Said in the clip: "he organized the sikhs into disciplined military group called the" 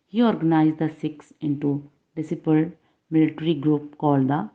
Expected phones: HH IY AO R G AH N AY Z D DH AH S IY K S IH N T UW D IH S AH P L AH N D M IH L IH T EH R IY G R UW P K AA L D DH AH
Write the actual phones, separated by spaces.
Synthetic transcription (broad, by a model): HH IY AO R G AH N AY Z D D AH S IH K S IH N T UW D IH S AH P AH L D M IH L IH T R IY G R UW P K AA L D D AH